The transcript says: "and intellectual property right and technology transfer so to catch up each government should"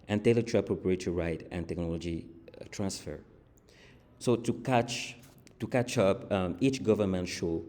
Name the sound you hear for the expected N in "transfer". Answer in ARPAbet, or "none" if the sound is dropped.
N